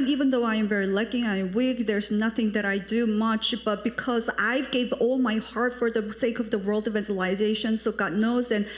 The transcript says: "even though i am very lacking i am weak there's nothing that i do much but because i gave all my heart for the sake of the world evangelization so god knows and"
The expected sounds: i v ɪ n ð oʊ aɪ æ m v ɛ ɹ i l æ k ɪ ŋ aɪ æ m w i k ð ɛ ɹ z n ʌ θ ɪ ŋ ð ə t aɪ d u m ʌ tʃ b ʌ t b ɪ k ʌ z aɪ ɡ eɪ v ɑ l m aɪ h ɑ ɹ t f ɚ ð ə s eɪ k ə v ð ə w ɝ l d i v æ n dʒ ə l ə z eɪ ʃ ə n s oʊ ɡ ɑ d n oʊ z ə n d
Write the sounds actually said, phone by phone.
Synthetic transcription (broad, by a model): i v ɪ n ð oʊ aɪ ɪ m v ɛ ɹ i l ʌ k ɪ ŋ aɪ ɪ m w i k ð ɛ ɹ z n ʌ θ ɪ ŋ ð ə t aɪ d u m ʌ tʃ b ʌ t b ɪ k ʌ z aɪ ɡ eɪ v ɑ l m aɪ h ɑ ɹ t f ɚ ð ə s eɪ k ə v ð ə w ɝ l d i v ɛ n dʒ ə l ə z eɪ ʃ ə n s oʊ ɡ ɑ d n oʊ z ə n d